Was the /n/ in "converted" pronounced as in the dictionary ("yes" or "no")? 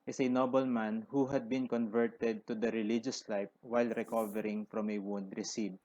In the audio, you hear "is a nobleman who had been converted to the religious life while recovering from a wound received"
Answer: yes